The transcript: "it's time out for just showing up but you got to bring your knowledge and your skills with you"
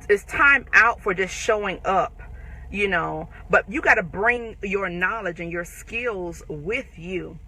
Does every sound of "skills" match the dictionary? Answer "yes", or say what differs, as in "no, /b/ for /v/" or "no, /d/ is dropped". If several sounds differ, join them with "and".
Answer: yes